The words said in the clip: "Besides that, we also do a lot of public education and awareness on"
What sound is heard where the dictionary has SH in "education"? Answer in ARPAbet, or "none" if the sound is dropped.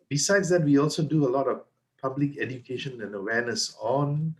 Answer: SH